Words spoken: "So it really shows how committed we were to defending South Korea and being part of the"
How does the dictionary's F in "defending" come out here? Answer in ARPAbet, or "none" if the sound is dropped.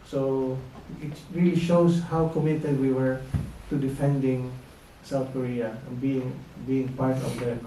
F